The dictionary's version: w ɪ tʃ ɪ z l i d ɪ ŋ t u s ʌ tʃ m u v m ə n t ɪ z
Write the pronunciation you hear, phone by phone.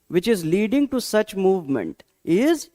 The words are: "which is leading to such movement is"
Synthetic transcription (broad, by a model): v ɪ tʃ ɪ z l i d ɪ ŋ t u s ʌ tʃ m u v m ə n t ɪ z